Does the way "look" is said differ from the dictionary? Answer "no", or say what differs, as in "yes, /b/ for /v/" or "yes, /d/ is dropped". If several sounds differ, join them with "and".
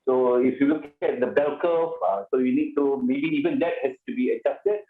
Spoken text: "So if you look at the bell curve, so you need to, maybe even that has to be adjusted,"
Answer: yes, /w/ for /l/